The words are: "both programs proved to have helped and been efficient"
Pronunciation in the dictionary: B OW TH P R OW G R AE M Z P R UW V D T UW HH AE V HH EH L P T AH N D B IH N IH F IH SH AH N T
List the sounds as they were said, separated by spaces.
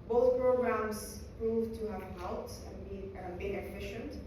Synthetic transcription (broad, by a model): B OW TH P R OW G R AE M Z P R UW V T UW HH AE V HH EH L T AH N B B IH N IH F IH SH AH N T